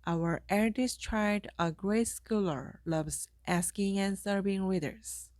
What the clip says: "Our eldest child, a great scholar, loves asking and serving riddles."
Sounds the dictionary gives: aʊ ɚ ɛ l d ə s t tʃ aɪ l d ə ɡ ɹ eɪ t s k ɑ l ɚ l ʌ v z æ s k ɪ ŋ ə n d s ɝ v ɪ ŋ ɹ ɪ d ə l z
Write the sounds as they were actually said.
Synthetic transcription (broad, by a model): aʊ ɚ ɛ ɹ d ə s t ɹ aɪ d ə ɡ ɹ eɪ t s k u l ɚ l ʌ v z æ s k ɪ ŋ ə n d s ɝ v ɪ ŋ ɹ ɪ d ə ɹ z